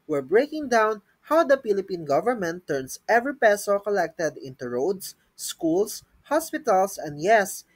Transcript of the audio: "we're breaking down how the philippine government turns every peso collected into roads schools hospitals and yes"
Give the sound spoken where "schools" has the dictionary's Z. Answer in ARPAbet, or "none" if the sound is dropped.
S